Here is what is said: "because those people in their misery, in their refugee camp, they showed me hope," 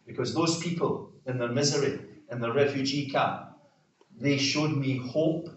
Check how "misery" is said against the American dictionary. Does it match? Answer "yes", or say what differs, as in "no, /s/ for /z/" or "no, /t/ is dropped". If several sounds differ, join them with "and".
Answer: yes